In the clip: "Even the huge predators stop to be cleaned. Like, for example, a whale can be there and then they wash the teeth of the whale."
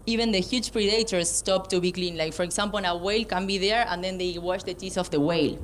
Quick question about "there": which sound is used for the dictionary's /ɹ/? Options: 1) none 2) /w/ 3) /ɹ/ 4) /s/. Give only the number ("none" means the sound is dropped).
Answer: 3